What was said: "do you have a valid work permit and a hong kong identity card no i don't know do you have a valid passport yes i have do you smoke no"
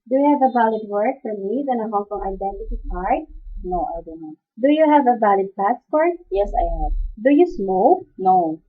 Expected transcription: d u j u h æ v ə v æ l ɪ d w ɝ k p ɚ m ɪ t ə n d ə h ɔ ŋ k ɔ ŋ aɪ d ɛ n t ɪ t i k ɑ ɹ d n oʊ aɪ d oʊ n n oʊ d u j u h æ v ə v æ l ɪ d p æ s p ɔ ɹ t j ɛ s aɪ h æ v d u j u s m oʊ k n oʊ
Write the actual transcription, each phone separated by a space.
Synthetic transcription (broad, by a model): d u j u h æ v ə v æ l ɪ d w ɝ k f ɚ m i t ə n ə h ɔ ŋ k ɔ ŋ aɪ d ɛ n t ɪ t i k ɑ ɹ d n oʊ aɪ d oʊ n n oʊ d u j u h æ v ə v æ l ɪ d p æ s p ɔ ɹ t j ɛ s aɪ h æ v d u j u s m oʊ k n oʊ